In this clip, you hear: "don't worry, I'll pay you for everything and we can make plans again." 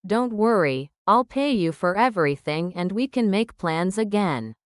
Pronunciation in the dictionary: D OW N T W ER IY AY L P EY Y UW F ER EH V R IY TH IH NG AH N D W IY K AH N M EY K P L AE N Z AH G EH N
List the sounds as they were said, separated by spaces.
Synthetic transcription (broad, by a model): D OW N T W ER IY AY L P EY Y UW F ER EH V R IY TH IH NG AH N D W IY K AH N M EY K P L AE N Z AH G EH N